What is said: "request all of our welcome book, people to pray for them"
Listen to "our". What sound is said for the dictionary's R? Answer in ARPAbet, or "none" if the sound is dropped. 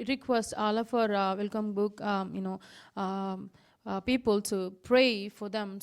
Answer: R